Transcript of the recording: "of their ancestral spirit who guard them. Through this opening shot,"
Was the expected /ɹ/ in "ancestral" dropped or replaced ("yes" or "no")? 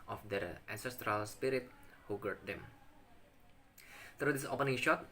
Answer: no